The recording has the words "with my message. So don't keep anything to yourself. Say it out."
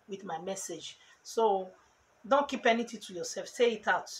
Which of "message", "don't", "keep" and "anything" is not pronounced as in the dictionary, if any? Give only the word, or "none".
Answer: anything